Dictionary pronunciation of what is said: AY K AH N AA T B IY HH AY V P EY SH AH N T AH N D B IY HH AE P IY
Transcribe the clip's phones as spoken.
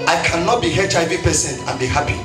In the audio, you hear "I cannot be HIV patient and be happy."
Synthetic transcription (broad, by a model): AY K AH N AA T B IY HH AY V P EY S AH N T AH N B IY HH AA P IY